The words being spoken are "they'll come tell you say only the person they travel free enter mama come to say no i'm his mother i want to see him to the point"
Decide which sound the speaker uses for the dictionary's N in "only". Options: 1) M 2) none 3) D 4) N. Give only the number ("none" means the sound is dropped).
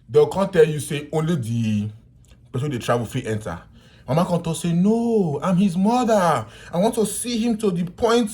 4